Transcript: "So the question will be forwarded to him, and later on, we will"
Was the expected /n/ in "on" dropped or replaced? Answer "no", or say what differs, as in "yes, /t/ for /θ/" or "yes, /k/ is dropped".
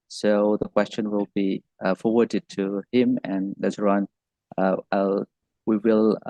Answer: yes, /l/ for /n/